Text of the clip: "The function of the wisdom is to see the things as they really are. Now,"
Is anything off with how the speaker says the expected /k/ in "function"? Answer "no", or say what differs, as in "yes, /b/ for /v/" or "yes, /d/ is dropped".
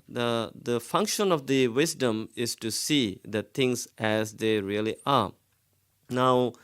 no